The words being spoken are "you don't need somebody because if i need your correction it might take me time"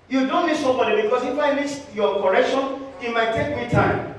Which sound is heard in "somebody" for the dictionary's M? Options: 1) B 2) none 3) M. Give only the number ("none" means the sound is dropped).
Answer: 2